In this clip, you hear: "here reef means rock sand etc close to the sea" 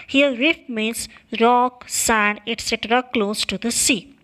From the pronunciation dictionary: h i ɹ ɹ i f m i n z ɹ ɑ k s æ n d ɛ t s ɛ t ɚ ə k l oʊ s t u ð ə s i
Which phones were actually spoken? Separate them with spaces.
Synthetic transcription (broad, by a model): h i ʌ ɹ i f m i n s ɹ ɑ k s æ n d ɛ t s ɛ t ɚ ə k l oʊ s t u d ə s i